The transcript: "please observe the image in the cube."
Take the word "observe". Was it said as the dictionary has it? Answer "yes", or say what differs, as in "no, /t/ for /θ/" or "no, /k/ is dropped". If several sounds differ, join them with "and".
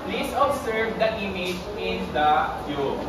no, /s/ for /z/